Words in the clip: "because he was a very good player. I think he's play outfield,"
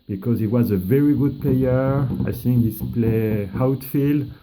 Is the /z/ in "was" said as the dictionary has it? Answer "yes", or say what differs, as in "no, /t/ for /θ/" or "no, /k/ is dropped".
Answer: yes